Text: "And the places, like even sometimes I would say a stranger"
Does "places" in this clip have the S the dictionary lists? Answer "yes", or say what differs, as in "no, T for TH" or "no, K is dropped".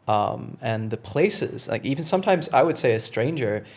yes